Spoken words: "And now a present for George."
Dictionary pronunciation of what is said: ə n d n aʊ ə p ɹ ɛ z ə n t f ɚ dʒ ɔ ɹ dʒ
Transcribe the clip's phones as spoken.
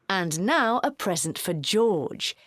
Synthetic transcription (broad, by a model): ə n n aʊ ə p ɹ ɛ z ə n t f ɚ dʒ ɔ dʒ